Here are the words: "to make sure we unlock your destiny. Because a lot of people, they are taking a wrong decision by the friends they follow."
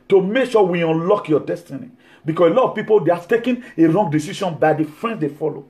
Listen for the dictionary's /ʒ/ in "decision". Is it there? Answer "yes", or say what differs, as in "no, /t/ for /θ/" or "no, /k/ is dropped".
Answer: no, /ʃ/ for /ʒ/